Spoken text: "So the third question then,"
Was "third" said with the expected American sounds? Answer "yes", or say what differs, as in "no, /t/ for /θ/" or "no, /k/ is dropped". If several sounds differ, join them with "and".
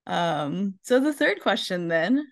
yes